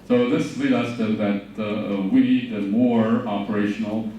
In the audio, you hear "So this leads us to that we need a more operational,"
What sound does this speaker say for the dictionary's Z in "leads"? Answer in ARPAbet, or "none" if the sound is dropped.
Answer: none